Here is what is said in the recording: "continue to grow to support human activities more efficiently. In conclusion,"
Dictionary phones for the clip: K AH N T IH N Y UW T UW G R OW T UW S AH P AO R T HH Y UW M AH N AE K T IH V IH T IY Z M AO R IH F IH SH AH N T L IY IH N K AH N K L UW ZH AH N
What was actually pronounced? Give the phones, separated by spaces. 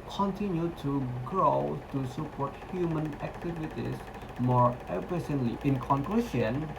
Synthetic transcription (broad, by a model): K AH N T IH N Y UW T UW G R OW T UW S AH P AO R T HH Y UW M AH N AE K T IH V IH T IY S M AO R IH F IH S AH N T L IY IH N K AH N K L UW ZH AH N